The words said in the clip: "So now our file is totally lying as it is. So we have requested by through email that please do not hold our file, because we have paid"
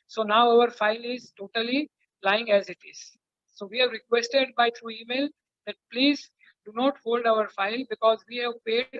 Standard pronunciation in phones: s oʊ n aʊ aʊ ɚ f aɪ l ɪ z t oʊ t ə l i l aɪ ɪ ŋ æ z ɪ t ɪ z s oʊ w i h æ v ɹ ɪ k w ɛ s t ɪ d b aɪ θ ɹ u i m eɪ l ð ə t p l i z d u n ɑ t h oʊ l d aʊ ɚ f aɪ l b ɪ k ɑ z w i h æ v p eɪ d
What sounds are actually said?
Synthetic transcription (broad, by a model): s oʊ n aʊ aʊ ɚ f aɪ l ɪ z t oʊ t ə l i l aɪ ɪ ŋ æ z ɪ t ɪ z s oʊ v i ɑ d ɹ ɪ k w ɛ s t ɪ d b aɪ t ɹ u i m eɪ l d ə t p l i z d u n ɑ t h oʊ l d aʊ ɚ f aɪ l b ɪ k ɑ z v i h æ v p eɪ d